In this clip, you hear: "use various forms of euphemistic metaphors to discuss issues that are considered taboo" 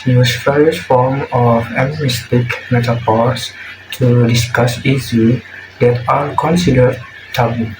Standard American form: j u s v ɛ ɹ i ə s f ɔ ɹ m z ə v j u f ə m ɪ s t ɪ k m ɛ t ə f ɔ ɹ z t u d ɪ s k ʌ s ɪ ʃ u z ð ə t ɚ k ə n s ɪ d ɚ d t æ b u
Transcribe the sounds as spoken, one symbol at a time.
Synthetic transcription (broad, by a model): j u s p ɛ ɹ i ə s f ɔ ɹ m ə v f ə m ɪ s t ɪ k m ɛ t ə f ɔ ɹ s t u d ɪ s k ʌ s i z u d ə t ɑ k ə n s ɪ d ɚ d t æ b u